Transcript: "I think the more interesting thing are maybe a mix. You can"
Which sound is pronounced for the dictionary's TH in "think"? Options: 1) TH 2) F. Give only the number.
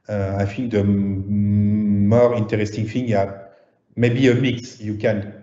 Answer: 2